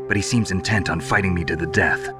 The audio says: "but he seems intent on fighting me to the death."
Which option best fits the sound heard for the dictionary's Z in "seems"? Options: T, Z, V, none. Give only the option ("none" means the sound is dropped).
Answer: Z